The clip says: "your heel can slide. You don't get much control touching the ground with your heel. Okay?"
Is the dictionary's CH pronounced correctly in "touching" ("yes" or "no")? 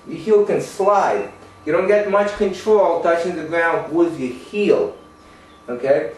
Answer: yes